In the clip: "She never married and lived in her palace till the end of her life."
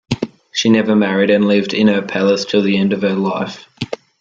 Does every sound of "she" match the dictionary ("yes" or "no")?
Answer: yes